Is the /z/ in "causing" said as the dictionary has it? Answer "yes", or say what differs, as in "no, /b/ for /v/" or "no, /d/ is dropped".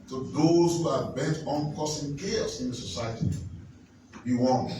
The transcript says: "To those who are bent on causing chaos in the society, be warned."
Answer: no, /s/ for /z/